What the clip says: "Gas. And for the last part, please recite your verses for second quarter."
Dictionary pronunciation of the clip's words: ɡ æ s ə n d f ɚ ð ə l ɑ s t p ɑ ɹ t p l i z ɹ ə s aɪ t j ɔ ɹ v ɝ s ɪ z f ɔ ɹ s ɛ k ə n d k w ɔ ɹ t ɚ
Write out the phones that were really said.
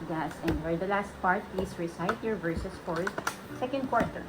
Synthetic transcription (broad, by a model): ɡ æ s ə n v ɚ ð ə l ɑ s t p ɑ ɹ t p l i s ɹ ə s aɪ t j ɔ ɹ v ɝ s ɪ s f ɔ ɹ s ɛ k ə n d k w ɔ ɹ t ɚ